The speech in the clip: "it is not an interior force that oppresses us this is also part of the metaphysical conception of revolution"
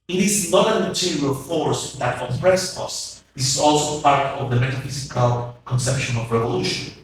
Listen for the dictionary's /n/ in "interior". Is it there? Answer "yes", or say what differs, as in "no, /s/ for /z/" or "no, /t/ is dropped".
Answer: no, /n/ is dropped